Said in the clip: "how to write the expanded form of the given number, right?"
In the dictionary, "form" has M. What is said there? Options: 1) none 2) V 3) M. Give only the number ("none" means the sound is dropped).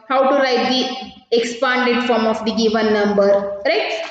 3